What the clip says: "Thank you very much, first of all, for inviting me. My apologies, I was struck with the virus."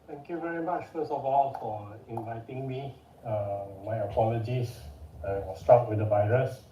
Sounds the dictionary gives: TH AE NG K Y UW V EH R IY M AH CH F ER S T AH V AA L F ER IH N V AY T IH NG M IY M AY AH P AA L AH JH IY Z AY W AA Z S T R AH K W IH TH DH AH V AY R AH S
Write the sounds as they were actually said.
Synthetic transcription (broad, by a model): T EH NG K Y UW V EH R IY M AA CH F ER S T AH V AA L F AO IH N V AY T IH NG M IY M AY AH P AA L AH JH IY S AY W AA S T AA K W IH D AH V AY R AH S